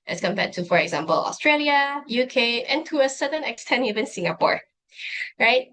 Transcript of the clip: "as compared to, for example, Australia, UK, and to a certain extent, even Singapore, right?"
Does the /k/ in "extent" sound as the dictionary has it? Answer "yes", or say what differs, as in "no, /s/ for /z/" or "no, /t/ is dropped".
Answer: yes